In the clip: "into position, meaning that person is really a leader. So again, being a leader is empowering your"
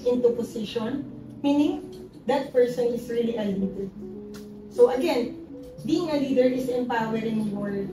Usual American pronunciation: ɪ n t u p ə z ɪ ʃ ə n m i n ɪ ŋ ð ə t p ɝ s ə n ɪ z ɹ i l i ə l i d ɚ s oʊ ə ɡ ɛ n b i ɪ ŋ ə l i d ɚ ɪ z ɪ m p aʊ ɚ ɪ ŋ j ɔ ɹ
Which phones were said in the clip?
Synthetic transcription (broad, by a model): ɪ n t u p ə s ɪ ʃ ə n m i n ɪ ŋ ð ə t p ɝ s ə n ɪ s ɹ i l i ə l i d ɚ s oʊ ə ɡ ɛ n b i ɪ ŋ ə l i d ɚ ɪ s ɪ m p aʊ ɚ ɪ ŋ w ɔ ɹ